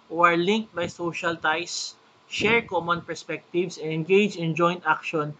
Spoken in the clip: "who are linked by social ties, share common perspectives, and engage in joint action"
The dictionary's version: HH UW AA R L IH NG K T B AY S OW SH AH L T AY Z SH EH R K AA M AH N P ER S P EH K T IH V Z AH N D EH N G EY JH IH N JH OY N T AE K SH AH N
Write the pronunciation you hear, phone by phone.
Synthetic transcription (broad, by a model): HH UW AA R L IH NG K T B AY S OW SH AH L T AY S SH EH R K AA M AH N P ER S P EH K T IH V S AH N EH N G EY JH IH N JH OY N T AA K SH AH N